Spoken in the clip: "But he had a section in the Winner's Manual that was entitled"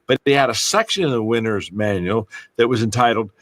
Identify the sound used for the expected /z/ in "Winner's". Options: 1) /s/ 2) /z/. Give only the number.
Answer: 2